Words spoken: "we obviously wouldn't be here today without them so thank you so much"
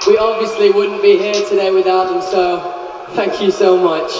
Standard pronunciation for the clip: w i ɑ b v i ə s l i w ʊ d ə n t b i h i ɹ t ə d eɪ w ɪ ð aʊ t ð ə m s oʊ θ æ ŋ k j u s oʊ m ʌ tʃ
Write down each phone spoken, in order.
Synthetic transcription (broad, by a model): w i ɑ b v i ə s l i w ʊ d n b i h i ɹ t ə d eɪ w ɪ ð aʊ t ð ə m s oʊ θ æ ŋ k j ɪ s oʊ m ʌ tʃ